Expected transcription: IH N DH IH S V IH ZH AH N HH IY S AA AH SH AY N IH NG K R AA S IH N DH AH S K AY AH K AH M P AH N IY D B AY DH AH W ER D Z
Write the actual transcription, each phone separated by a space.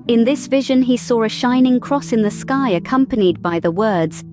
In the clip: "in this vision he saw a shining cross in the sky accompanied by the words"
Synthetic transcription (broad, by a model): IH N DH IH S V IH ZH AH N IY S AA AH SH AY N IH NG K R AA S IH N DH AH S K AY AH K AH M P AH N IY D B AY DH AH W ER D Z